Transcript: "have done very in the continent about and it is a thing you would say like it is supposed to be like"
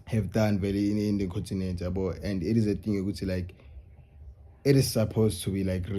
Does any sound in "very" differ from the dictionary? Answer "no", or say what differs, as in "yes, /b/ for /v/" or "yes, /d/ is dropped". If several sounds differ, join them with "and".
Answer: yes, /l/ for /ɹ/